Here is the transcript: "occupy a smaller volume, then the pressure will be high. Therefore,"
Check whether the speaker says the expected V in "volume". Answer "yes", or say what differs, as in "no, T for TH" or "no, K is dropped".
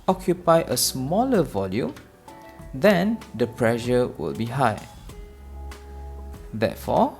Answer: yes